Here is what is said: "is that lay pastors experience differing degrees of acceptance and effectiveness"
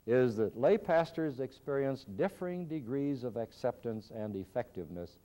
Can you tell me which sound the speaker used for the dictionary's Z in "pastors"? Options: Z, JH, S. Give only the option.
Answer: Z